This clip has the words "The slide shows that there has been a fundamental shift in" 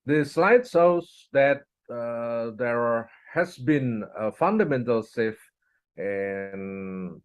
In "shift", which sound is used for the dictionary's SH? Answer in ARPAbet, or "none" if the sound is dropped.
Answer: S